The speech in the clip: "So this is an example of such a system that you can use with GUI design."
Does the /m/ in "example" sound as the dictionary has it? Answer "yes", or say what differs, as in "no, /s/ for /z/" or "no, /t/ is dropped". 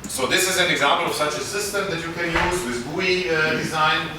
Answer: yes